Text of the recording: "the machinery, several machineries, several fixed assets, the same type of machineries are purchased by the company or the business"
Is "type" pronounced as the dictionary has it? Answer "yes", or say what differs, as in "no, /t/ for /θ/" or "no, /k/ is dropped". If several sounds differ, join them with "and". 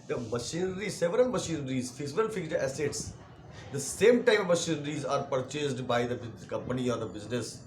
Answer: no, /p/ is dropped